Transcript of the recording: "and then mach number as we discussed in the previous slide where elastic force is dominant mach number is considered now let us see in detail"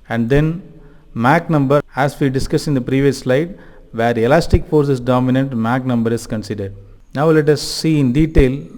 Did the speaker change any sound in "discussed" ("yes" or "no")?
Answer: yes